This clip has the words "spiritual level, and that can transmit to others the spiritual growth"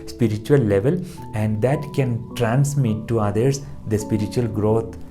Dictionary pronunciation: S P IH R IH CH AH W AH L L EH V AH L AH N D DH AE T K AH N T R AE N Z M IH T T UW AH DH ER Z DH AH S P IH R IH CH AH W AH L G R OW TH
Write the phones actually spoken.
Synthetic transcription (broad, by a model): S P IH R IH CH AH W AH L L EH V AH L AH N D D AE T K AH N T R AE N S M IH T T UW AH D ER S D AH S P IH R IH CH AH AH L G R OW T